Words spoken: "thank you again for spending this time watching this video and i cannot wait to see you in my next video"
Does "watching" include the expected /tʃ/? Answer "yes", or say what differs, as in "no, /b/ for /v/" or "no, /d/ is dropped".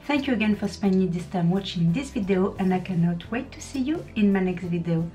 yes